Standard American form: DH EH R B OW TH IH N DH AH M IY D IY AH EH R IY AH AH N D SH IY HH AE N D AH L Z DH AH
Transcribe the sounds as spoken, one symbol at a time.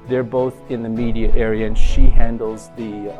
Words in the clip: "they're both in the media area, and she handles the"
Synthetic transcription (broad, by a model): DH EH R B OW TH IH N DH AH M IY D IY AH EH R IY AH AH N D SH IY HH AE N D L Z DH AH